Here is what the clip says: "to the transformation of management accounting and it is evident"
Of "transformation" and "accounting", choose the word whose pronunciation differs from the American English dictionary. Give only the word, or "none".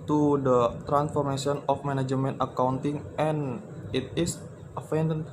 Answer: transformation